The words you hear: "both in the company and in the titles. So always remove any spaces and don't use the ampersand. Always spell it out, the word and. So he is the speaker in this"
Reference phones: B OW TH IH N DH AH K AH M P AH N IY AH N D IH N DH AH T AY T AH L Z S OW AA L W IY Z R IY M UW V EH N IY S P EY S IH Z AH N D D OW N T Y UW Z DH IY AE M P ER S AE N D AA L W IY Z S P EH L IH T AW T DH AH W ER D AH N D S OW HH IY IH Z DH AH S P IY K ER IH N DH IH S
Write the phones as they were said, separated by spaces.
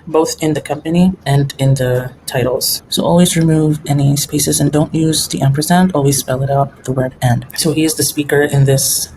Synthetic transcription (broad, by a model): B OW TH IH N DH AH K AH M P AH N IY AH N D IH N DH AH T AY T L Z S OW AA L W IY Z R IY M UW V EH N IY S P EY S IH Z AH N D D OW N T Y UW Z DH IY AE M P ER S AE N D AA L W IY Z S P EH L IH T AW T DH AH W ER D AH N D S OW HH IY IH Z DH AH S P IY K ER IH N DH IH S